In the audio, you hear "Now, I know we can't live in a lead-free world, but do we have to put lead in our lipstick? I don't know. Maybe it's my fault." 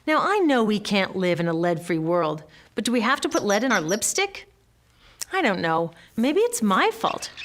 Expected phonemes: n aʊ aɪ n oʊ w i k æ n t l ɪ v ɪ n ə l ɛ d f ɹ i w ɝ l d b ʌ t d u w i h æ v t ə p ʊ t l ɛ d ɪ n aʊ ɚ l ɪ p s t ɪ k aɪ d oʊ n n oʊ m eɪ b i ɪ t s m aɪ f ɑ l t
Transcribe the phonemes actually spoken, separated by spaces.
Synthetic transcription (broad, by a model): n aʊ aɪ n oʊ w i k æ n t l ɪ v ɪ n ə l ɛ d f ɹ i w ɝ l d b ʌ t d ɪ w i h æ f t ə p ʊ t l ɛ d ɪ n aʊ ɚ l ɪ p s t ɪ k aɪ d oʊ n n oʊ m eɪ b i ɪ t s m aɪ f ɑ l t